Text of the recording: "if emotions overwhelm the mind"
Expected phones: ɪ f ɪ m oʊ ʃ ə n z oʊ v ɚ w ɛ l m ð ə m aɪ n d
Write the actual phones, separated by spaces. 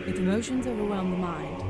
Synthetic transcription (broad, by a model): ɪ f ɪ m oʊ ʃ ə n z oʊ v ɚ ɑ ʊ n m ð ə m aɪ n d